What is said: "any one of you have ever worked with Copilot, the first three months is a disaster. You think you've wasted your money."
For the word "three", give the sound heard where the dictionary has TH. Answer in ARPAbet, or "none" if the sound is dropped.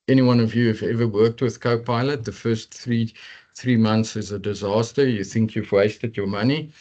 TH